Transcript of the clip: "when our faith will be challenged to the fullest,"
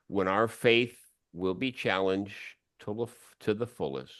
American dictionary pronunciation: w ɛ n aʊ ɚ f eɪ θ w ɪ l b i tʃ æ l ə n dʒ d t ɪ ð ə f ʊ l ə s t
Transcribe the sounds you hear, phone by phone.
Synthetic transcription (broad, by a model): w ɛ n aʊ ɚ f eɪ θ w ɪ l b i tʃ æ l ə n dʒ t t ɪ ð ə f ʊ l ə s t